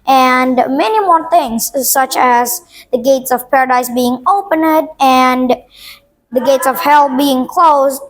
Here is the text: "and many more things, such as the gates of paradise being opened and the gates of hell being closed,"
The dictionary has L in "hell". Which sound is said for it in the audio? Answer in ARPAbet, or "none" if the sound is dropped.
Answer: L